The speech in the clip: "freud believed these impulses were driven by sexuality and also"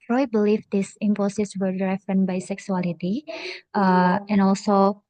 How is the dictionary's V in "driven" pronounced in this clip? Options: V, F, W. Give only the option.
F